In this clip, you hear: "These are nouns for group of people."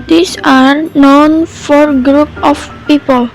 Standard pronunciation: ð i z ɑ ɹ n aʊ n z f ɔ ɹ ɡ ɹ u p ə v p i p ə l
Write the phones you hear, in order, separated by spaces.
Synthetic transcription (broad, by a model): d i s ɑ ɹ n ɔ n f ɔ ɹ ɡ ɹ u p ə f p i p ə l